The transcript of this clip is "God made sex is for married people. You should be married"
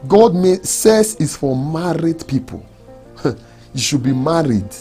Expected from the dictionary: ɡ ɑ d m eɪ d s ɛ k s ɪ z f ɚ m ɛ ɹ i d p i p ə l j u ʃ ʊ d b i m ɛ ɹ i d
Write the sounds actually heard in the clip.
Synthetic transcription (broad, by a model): ɡ ɑ d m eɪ s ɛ s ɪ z f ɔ m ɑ ɹ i d p i p ə l j u ʃ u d b i m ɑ ɹ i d